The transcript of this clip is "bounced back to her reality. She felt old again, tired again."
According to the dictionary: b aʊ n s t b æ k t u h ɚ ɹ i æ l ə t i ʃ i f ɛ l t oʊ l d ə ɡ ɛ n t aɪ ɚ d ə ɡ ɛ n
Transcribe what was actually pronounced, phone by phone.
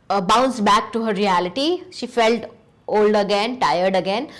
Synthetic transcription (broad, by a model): b aʊ n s b æ k t u h ɚ ɹ i æ l ə t i ʃ i f ɛ l t oʊ l d ə ɡ ɛ n t aɪ ɚ d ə ɡ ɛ n